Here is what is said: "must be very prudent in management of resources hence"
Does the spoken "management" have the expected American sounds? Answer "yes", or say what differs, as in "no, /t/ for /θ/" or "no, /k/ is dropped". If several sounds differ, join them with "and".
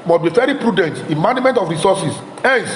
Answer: no, /dʒ/ is dropped